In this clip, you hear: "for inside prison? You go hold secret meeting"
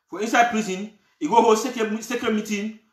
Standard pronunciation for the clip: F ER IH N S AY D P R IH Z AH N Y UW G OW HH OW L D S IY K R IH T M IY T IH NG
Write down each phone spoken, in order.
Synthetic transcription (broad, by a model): F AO IH N S AY D P R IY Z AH N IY G OW HH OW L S S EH K IH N M IY T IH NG